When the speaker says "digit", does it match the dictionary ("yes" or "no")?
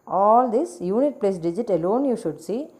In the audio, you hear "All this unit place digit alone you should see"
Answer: yes